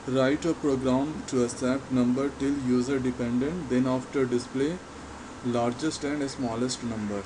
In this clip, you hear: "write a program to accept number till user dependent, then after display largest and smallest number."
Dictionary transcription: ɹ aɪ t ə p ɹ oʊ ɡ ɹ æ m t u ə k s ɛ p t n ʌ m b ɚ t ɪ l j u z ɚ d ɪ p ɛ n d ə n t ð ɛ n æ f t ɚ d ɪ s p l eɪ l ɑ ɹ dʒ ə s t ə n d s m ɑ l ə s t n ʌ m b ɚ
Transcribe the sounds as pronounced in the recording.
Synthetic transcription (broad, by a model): ɹ aɪ t ə p ɹ oʊ ɡ ɹ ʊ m t u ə s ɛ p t n ʌ m b ɚ t ɪ l j u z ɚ d ɪ p ɛ n d ə n t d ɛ n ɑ f t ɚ d ɪ s p l eɪ l ɑ ɹ dʒ ə s t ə n d s m ɑ l ə s t n ʌ m b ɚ